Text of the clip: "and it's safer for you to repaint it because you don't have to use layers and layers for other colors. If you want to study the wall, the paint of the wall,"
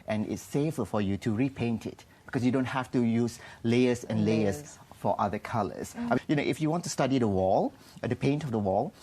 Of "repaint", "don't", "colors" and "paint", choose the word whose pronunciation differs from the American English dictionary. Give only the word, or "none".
colors